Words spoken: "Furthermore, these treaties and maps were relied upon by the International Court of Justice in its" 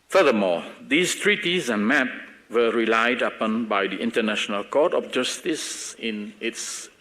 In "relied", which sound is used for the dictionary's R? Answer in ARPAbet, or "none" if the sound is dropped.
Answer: R